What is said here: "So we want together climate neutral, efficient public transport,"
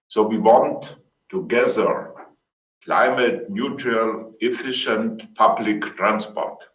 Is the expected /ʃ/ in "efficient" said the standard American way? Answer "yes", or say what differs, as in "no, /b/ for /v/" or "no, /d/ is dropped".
yes